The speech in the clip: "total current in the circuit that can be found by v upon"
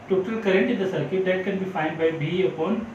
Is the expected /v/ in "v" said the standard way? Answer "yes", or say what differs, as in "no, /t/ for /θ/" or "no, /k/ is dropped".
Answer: no, /b/ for /v/